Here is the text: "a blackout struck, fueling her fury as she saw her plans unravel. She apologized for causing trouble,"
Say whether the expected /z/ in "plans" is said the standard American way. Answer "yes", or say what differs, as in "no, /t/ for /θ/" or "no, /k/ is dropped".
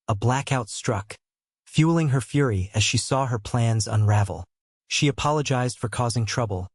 yes